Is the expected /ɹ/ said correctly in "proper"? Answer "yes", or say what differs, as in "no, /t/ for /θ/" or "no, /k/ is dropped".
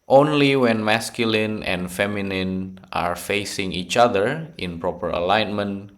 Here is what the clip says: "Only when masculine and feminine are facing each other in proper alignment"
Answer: yes